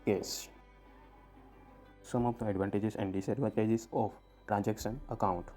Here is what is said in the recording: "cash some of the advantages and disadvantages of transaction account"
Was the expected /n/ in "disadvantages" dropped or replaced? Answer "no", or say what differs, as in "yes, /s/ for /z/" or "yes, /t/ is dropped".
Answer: yes, /n/ is dropped